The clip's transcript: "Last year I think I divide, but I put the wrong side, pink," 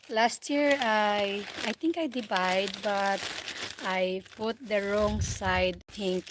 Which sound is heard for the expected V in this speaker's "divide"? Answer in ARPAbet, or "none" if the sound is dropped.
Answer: B